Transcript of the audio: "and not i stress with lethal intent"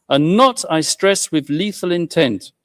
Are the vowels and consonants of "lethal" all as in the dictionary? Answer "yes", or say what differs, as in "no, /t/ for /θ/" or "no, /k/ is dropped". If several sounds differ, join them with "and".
yes